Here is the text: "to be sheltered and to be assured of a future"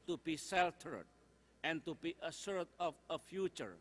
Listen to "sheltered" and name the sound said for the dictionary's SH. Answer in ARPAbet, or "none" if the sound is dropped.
S